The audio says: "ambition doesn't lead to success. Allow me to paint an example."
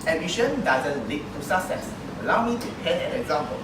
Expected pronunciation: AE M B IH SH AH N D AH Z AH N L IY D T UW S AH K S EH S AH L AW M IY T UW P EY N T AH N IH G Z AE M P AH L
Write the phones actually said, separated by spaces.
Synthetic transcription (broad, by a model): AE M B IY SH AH N D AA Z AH N L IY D T UW S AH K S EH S AH L AW M IY T UW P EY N AH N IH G Z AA M P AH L